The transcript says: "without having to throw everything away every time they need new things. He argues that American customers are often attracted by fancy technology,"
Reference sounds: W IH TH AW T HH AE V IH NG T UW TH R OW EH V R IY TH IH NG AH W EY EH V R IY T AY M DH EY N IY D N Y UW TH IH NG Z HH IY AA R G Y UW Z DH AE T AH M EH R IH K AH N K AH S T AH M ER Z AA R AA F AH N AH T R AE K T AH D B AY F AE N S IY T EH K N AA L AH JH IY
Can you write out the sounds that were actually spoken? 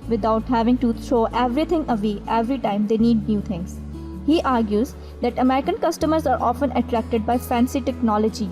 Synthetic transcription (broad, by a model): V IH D AW T HH AE V IH NG T UW T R OW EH V R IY T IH NG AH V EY EH V R IY T AY M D EY N IY D N Y UW T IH NG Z HH IY AA R G Y UW Z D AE T AH M EH R IH K AH N K AH S T AH M ER Z AA R AA F AH N AH T R AE K T AH D B AY F AE N S IY T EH K N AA L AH JH IY